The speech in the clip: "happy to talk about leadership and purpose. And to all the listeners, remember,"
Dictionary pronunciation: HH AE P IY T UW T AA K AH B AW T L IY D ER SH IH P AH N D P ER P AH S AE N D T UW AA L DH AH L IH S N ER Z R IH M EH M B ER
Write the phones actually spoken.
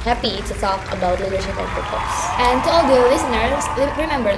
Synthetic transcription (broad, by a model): HH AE P IY T UW T AA K AH B AW T L IY D ER SH IH P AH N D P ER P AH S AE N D T UW AA L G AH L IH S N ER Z R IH M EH M B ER